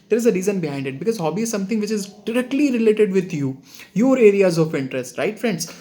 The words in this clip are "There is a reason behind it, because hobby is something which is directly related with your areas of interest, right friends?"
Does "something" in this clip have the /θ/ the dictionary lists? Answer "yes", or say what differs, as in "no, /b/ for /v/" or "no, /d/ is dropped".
no, /t/ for /θ/